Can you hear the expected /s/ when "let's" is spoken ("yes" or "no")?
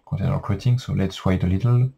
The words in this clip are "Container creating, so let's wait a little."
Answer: yes